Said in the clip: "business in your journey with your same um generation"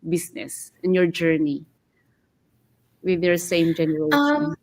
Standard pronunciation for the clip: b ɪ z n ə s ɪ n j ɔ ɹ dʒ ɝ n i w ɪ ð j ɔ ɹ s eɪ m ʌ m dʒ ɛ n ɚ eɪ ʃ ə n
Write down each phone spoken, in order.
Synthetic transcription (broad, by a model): b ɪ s n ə s ɪ n j ɔ ɹ dʒ ɝ n i w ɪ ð j ɔ ɹ s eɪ ɪ m dʒ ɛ n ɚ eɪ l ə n